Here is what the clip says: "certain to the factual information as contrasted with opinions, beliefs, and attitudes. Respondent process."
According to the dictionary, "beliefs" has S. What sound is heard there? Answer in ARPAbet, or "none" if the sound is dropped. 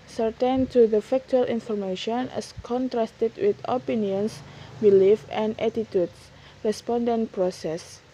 none